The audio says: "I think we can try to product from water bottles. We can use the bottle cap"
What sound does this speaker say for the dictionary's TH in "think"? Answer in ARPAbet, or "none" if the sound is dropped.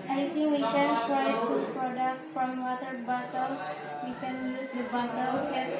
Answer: T